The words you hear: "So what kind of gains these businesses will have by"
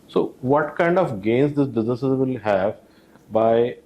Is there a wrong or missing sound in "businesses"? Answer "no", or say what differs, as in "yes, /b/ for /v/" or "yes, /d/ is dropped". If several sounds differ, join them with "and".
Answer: yes, /n/ is dropped